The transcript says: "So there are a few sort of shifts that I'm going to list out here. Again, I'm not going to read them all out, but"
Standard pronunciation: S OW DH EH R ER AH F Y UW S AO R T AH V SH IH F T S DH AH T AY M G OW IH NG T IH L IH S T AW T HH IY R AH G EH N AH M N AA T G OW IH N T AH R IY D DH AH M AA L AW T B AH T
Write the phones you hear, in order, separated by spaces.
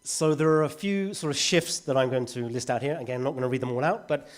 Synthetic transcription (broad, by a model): S OW DH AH R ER AH F Y UW S AO R T AH V SH IH F T S DH AH T AY M G OW IH NG T IH L IH S T AW T HH IY R AH G EH N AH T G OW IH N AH R IY D DH AH M AA L AW T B AH T